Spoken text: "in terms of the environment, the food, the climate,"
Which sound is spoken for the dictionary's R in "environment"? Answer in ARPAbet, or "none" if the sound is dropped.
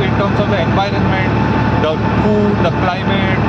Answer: R